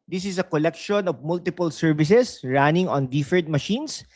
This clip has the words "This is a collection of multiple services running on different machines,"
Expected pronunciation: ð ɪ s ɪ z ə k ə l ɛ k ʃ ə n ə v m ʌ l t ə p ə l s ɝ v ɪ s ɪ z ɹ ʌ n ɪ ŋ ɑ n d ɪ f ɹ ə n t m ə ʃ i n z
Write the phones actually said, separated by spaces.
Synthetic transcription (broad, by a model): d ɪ s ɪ s ə k ə l ɛ k ʃ ə n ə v m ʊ l t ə p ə l s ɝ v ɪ s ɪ s ɹ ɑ n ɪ ŋ ɑ n d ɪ f ə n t m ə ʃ i n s